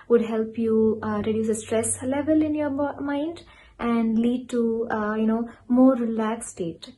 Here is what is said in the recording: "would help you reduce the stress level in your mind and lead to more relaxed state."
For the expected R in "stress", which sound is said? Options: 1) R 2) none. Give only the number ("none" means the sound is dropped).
1